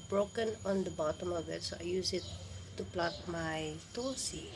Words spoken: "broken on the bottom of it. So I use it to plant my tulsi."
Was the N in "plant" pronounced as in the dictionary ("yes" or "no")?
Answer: no